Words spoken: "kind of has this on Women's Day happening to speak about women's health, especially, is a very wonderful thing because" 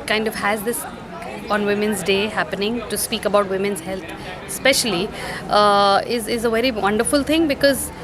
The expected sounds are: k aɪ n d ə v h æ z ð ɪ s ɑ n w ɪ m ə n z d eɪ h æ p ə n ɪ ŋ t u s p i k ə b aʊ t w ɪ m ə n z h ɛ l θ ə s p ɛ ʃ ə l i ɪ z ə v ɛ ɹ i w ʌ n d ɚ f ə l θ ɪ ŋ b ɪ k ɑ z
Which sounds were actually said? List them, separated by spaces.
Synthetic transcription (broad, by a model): k aɪ n d ə v h æ z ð ɪ s ɑ n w ɪ m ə n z d eɪ h æ p ə n ɪ ŋ t u s p i k ə b aʊ t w ɪ m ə n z h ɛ l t s p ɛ ʃ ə l i ɪ z ə v ɛ ɹ i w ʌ n d ɚ f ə l t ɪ ŋ b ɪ k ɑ z